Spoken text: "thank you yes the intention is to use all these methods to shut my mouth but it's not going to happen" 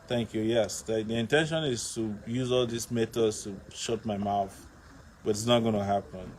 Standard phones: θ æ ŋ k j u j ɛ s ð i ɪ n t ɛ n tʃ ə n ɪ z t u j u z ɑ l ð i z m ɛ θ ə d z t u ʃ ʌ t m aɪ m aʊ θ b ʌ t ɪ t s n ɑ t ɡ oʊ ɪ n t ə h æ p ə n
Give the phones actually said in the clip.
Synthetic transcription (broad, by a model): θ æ ŋ k j u j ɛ s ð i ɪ n t ɛ n ʃ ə n ɪ z t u j u z ɑ l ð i s m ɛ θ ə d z t u ʃ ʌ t m aɪ m aʊ θ b ʌ t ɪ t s n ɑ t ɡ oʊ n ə h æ p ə n